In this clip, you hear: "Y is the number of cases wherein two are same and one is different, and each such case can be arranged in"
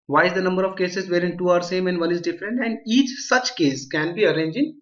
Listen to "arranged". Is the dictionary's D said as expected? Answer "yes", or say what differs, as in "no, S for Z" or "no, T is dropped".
no, D is dropped